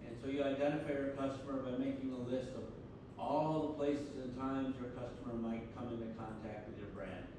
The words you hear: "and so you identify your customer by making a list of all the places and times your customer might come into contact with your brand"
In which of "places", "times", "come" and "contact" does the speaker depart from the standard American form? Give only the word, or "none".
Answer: none